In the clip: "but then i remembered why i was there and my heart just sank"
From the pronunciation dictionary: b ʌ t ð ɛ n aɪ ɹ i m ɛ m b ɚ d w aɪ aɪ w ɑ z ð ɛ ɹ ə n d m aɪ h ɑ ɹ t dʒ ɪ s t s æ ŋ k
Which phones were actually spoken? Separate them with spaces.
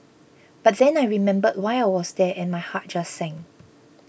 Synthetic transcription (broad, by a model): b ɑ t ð ɛ n aɪ ɹ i m ɛ m b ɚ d w aɪ aɪ w ɑ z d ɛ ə n m aɪ h ɑ t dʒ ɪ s s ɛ ŋ